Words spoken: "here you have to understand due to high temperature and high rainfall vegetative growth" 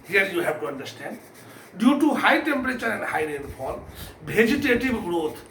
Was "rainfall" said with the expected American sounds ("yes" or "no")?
no